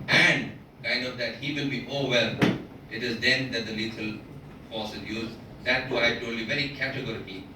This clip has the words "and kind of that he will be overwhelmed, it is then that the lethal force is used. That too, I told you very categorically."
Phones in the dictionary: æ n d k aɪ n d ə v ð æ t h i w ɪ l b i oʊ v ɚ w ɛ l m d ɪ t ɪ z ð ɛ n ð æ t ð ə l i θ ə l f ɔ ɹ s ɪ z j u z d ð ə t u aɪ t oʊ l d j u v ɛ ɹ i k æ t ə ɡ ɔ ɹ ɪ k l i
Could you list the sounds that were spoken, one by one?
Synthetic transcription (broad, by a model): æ n d k aɪ n d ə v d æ t h i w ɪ l b i oʊ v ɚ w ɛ l ɪ t ɪ z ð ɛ n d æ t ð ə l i t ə l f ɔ s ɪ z j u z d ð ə t u aɪ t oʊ d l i v ɛ ɹ i k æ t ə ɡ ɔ ɹ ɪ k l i